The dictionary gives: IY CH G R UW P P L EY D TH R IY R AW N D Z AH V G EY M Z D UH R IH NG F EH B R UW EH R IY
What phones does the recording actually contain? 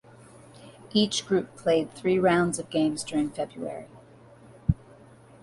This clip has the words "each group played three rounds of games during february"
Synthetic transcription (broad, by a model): IY CH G R UW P P L EY D TH R IY R AW N D Z AH V G EY M Z D UH R IH NG F EH B R UW EH R IY